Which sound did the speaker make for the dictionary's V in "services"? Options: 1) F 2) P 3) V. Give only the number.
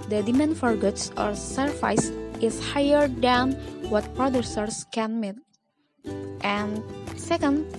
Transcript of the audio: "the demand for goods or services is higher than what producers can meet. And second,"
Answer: 1